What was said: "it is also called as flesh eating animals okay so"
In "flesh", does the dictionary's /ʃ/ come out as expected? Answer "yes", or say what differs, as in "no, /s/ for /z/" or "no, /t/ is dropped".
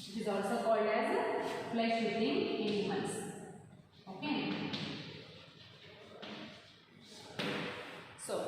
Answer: no, /s/ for /ʃ/